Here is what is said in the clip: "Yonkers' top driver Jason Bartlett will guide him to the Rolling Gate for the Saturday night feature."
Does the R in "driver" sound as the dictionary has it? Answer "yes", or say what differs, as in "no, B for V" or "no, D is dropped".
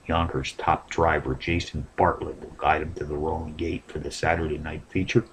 yes